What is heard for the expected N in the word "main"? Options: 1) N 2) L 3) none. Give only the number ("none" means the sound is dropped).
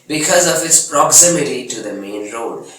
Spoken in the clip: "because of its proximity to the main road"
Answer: 1